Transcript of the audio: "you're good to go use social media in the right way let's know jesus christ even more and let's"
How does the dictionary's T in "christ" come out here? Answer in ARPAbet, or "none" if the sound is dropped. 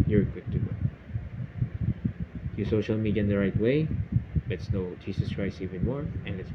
none